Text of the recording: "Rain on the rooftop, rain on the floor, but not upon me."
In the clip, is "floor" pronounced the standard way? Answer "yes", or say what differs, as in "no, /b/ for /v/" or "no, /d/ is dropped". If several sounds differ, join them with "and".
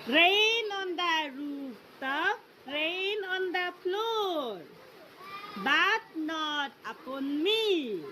no, /p/ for /f/